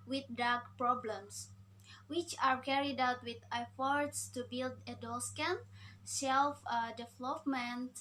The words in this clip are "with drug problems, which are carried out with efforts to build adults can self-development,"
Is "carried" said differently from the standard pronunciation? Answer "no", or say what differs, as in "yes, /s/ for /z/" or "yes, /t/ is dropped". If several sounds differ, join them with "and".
no